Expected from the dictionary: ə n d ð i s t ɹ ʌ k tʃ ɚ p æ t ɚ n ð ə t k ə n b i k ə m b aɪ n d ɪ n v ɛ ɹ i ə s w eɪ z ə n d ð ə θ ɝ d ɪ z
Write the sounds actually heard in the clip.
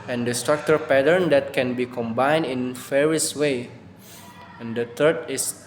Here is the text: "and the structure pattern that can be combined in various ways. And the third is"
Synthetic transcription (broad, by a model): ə n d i s t ɹ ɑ k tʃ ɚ p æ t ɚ n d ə t k ə n b i k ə m b aɪ n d ɪ n f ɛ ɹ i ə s w eɪ ə n d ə t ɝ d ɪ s